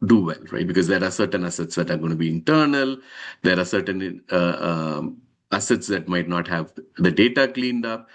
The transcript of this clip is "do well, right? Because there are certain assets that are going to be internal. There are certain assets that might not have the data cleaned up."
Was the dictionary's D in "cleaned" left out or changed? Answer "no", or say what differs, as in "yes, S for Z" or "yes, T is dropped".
no